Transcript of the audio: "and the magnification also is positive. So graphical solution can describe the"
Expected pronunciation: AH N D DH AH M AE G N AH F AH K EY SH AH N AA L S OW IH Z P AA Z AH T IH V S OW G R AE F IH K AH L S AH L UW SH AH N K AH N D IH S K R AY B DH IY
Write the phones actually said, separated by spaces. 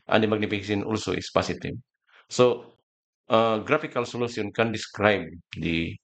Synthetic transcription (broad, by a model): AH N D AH M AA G N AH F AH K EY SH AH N AA L S OW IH S P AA S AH T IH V S OW G R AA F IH K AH L S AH L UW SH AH N K AH N D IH S K R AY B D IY